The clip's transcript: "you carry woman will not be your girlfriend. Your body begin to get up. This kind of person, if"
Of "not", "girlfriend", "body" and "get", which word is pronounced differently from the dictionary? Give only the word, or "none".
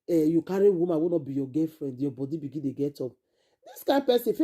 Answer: girlfriend